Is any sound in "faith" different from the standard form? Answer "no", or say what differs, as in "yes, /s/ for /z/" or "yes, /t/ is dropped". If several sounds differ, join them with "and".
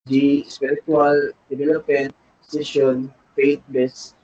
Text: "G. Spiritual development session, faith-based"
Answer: yes, /t/ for /θ/